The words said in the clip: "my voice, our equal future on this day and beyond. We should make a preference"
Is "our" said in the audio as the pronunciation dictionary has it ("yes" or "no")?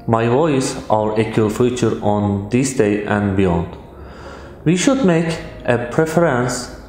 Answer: yes